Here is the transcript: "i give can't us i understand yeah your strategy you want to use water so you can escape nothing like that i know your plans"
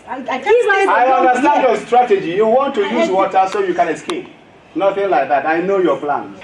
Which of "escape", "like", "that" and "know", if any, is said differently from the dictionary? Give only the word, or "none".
none